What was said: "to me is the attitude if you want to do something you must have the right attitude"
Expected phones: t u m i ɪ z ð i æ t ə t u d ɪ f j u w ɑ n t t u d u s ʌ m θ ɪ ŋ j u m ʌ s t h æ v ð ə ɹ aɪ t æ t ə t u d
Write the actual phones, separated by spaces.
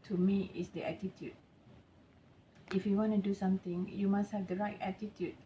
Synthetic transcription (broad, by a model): t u m i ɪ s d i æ t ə t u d ɪ f j u w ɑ n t t u d u s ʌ m t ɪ ŋ j u m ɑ s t h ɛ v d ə ɹ aɪ t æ t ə t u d